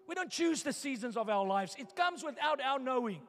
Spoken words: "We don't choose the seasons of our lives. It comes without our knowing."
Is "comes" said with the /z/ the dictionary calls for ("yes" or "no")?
yes